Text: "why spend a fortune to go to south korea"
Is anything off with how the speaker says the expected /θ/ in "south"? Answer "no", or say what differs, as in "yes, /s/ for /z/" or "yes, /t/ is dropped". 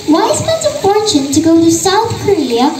no